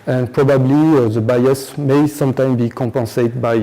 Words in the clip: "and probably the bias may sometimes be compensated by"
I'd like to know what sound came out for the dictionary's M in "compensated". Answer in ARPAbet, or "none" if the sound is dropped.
none